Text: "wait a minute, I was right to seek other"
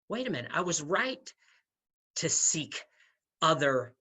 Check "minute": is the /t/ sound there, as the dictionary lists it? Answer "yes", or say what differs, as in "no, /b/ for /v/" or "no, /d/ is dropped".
no, /t/ is dropped